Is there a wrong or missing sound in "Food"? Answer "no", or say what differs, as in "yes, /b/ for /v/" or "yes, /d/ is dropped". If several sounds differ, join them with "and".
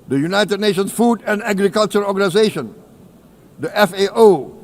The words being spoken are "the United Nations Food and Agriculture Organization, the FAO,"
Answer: no